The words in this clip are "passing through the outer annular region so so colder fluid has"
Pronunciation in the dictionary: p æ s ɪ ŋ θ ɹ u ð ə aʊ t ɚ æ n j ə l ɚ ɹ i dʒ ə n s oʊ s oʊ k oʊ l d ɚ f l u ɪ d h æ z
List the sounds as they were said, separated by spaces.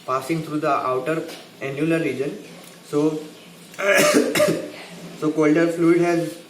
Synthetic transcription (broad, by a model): p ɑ s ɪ ŋ t ɹ u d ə aʊ t ɚ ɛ n j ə l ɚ ɹ i dʒ ə n s oʊ s oʊ k oʊ l d ɚ f l u ɪ d h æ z